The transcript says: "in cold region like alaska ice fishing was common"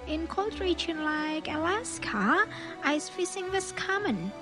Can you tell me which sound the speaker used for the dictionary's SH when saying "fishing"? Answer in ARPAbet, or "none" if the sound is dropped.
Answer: S